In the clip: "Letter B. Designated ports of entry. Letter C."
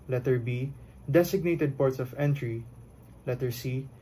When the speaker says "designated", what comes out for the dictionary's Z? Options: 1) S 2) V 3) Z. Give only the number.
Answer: 1